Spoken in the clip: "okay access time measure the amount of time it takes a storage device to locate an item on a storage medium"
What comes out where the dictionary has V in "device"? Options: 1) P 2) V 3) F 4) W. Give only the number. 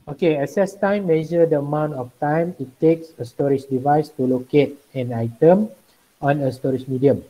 2